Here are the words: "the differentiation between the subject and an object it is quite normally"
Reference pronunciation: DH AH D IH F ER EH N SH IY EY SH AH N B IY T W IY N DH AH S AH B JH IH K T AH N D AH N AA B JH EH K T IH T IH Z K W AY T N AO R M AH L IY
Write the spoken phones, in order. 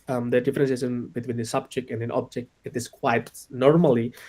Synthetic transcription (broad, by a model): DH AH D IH F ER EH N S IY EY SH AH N B IY T W IY N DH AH S AH B JH IH K T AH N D AH N AA B JH EH K T IH T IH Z K W AY T N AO R M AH L IY